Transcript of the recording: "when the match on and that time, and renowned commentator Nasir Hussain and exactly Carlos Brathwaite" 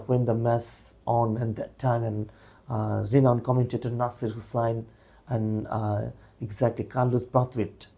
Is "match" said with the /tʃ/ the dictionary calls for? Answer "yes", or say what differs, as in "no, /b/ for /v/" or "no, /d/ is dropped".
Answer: no, /s/ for /tʃ/